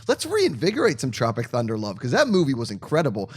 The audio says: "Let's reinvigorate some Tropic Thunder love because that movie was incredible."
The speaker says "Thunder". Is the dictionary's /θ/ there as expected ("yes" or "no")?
yes